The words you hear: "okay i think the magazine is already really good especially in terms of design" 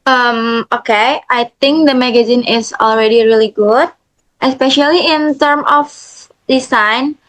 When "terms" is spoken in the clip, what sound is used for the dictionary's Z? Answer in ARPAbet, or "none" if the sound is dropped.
none